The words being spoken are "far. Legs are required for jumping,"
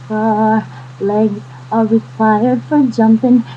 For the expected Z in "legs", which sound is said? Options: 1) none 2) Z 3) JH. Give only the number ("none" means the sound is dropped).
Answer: 1